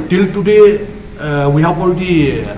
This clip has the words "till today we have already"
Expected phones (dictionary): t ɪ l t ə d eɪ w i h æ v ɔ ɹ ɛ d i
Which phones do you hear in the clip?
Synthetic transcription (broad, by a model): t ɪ l t ə d eɪ w i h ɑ b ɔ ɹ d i